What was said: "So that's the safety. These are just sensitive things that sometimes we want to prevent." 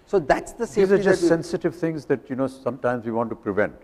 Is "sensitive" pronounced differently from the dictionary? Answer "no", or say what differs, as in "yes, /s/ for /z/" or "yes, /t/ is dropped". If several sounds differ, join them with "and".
no